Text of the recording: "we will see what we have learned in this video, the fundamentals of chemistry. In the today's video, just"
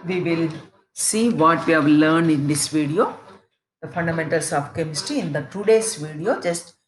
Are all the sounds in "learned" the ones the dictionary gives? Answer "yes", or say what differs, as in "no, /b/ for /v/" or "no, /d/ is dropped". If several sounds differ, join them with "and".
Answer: yes